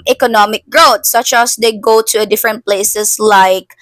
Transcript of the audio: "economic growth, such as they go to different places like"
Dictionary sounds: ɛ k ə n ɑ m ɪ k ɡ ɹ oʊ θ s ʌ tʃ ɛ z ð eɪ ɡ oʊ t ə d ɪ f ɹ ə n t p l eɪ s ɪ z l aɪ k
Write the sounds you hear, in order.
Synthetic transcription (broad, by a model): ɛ k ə n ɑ m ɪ k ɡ ɹ oʊ t s ʌ tʃ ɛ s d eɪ ɡ oʊ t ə d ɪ f ɹ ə n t p l eɪ s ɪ s l aɪ k